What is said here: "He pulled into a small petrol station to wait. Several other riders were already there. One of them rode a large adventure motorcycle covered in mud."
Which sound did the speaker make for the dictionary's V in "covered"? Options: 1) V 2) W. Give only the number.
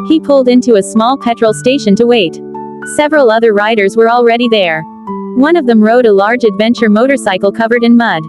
1